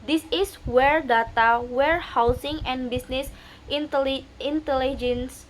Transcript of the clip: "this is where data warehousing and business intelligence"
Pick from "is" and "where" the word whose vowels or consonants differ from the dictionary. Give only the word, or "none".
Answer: is